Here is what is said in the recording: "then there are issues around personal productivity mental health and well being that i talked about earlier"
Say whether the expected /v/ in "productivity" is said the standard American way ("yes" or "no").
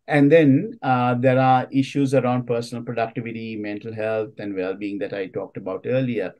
yes